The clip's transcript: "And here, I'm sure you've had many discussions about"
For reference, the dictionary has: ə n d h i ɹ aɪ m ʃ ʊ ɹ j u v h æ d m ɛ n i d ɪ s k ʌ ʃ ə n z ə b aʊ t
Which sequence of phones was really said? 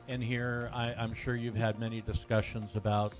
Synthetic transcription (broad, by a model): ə n h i ɹ aɪ m ʃ ʊ ɹ j u v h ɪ d m ɛ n i d ɪ s k ʌ ʃ ə n z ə b aʊ t